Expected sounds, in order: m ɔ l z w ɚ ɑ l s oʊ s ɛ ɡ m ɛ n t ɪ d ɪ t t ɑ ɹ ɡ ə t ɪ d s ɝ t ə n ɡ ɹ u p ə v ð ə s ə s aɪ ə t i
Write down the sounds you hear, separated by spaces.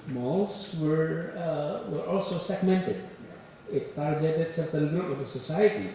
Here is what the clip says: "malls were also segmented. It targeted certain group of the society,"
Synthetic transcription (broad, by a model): m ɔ l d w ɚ ɑ l s oʊ s ɛ ɡ m ɛ n t ɪ d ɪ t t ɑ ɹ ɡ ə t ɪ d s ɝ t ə l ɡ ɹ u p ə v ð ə s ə s aɪ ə t i